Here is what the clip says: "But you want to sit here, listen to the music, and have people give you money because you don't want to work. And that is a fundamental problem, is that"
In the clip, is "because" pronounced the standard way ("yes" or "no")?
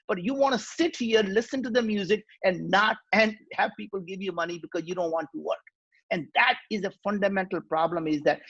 yes